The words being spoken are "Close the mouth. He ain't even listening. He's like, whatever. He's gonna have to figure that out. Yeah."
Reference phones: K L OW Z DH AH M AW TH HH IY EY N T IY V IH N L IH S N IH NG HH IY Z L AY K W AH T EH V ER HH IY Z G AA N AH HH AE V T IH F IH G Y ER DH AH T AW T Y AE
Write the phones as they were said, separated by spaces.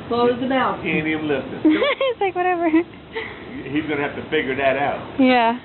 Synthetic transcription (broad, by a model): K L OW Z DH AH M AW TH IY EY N IY IH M L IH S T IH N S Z L AY K W AH T EH V ER HH IY Z G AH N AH HH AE F T IH F IH G Y ER DH AH T AW T Y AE